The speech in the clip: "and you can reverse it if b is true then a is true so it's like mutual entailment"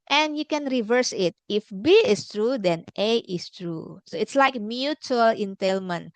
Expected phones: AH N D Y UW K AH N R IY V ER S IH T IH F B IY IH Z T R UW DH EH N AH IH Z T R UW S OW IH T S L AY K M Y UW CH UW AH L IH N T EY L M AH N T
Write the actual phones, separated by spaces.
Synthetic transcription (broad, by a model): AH N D Y UW K AH N R IY V ER S IH T IH F B IY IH S T R UW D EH N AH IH S T R UW S OW IH T S L AY K M Y UW CH UW AH L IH N T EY L M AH N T